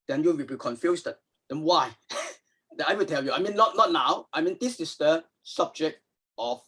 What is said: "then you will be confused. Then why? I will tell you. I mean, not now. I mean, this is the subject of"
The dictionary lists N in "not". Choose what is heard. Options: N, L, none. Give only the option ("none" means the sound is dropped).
N